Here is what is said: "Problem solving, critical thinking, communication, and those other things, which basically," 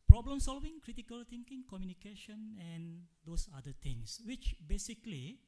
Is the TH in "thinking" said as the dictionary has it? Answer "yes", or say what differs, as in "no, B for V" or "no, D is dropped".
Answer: no, T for TH